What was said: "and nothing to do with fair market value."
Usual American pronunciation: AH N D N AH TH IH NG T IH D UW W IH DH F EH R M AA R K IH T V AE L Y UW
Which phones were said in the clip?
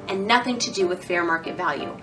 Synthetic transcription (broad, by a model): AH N N AH TH IH NG T IH D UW W IH DH F EH R M AA R K IH T V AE L Y UW